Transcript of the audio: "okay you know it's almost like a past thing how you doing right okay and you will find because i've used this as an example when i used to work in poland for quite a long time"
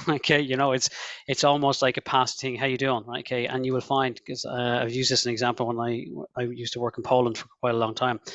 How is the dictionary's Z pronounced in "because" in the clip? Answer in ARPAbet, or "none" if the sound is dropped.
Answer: none